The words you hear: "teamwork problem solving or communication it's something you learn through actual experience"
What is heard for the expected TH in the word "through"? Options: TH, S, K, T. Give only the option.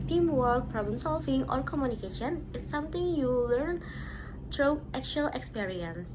T